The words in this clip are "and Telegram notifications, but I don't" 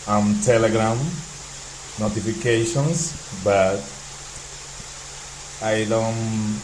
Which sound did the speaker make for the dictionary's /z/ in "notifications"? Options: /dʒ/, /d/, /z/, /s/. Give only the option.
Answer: /s/